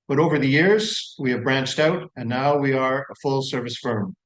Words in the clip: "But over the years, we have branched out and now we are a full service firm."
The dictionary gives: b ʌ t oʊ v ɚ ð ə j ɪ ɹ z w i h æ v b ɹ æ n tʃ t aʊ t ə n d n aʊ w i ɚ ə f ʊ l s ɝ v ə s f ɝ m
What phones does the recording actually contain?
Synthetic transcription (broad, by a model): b ʌ t oʊ v ɚ ð ə j ɪ ɹ z w i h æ v b ɹ æ n tʃ t aʊ t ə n n aʊ w i ɚ ə f ʊ l s ɝ v ə s f ɝ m